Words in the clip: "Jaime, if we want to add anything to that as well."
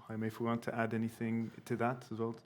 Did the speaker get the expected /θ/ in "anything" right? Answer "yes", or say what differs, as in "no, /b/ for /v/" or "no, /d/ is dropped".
yes